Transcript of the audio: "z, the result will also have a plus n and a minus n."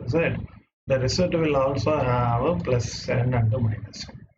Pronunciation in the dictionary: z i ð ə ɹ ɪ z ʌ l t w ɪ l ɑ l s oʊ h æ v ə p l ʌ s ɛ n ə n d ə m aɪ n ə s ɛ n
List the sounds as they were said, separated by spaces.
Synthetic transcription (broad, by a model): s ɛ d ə ɹ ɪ s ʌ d t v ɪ l ɑ l s oʊ h æ v ə p l ʌ s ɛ n ə n d ə m aɪ n ə s